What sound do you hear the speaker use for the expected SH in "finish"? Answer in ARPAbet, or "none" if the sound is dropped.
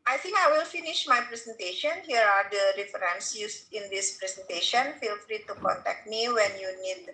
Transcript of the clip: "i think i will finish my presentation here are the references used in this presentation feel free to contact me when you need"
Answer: SH